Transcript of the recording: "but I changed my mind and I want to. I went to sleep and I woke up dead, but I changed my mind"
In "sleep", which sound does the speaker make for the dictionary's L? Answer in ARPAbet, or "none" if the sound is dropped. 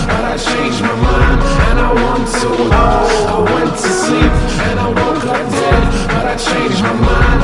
none